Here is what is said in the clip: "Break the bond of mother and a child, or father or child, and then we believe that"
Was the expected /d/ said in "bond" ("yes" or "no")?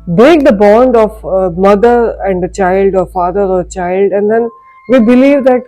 yes